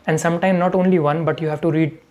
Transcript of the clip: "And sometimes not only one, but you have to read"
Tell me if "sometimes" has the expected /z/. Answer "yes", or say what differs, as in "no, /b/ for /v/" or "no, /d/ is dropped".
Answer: no, /z/ is dropped